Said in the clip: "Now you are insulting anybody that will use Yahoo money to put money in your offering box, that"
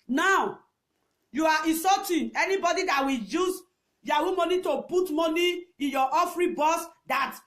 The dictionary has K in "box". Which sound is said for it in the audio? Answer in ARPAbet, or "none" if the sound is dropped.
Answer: none